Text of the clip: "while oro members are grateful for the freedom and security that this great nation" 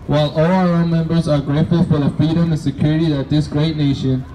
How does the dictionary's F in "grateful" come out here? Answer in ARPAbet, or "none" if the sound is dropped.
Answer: none